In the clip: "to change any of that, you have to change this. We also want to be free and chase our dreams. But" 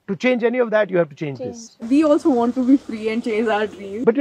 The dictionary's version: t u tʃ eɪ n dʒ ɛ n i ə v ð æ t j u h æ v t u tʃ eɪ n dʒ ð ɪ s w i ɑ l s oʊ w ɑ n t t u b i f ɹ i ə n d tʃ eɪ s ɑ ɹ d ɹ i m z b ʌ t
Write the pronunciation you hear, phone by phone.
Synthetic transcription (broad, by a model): t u tʃ eɪ n dʒ ɛ n i ə v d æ t j u h æ v t u tʃ eɪ n dʒ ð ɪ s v i ɑ l s oʊ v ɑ n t t u b i f ɹ i ə n d tʃ eɪ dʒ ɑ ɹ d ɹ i z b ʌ t